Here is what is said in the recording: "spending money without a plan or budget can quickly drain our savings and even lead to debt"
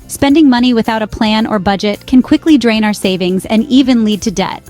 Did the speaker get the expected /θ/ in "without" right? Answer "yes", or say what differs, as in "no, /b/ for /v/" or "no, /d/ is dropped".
yes